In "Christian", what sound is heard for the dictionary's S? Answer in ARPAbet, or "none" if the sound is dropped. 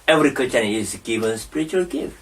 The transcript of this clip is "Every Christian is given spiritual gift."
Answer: none